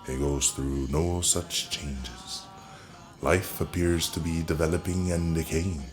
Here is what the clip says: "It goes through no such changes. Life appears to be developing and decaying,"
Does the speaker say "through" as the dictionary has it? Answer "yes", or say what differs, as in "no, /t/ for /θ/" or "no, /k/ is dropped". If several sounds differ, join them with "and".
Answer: yes